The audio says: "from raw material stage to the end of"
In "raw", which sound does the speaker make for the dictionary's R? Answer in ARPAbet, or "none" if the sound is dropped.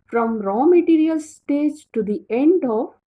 R